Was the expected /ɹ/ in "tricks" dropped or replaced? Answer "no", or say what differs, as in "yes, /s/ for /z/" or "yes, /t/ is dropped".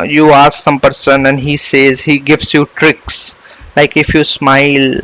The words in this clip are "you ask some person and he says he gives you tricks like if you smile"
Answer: no